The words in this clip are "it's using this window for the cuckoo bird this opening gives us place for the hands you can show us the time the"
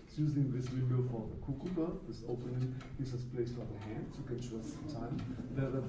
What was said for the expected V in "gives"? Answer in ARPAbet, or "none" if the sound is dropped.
none